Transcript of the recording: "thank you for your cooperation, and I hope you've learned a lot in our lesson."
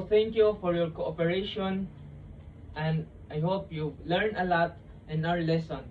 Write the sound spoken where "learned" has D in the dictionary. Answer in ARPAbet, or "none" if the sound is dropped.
none